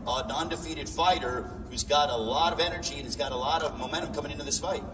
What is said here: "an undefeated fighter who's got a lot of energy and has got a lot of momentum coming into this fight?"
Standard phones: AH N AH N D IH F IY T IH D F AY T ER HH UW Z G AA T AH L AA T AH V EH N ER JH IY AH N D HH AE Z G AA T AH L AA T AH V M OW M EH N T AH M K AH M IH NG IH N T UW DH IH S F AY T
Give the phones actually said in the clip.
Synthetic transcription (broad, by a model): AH N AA N D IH F IY T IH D F AY T ER HH UW Z G AA T AH L AA T AH V EH N ER JH IY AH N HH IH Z G AA T AH L AA T AH V M OW M EH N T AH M K AH M IH NG IH N T UW DH IH S F AY T